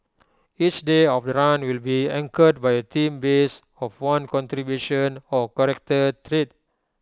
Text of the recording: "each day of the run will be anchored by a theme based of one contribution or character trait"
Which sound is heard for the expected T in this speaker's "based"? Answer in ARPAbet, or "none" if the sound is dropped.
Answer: none